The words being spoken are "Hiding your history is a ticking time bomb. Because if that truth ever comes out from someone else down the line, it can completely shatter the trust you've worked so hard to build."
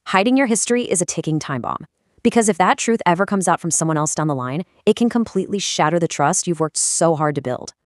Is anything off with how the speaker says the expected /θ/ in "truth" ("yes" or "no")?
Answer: no